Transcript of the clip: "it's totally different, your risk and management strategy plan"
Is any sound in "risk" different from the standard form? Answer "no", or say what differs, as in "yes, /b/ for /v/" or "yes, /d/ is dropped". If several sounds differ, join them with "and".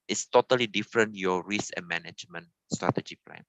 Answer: yes, /k/ is dropped